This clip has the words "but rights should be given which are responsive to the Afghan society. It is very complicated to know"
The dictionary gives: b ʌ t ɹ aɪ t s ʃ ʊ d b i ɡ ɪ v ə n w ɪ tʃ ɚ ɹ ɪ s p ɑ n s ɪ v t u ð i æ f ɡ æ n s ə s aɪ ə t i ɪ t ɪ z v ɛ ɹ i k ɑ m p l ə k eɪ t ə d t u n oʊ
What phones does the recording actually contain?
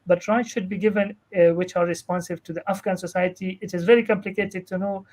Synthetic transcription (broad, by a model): b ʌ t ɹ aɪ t ʃ ʊ d b i ɡ ɪ v ə n w ɪ tʃ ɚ ɹ ɪ s p ɑ n s ɪ v t u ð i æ f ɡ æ n s ə s aɪ ə t i ɪ t ɪ z v ɛ ɹ i k ɑ m p l ə k eɪ t ə d t u n oʊ